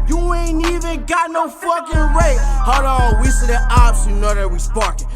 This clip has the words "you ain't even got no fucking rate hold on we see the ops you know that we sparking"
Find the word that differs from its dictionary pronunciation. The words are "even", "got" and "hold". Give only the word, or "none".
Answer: hold